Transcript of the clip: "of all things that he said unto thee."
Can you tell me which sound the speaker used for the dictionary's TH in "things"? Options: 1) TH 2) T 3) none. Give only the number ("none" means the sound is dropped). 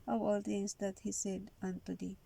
2